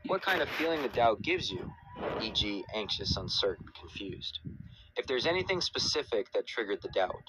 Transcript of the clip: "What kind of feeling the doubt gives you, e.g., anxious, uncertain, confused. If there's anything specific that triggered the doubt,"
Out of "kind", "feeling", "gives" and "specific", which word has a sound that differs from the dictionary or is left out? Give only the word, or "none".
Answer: none